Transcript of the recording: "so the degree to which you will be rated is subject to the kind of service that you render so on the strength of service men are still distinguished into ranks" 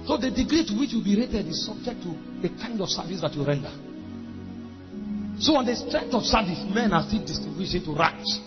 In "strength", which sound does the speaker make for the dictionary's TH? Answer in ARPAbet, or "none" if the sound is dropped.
T